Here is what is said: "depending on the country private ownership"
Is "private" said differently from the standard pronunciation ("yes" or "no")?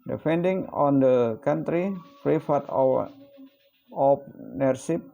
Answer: yes